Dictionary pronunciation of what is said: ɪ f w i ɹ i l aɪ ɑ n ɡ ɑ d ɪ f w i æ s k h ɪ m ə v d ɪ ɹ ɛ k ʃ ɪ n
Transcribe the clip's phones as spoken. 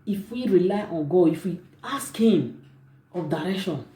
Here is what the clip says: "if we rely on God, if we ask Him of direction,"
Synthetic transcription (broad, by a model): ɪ f w i ɹ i l aɪ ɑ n ɡ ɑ ɪ f w i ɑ s k h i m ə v d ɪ ɹ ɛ k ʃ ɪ n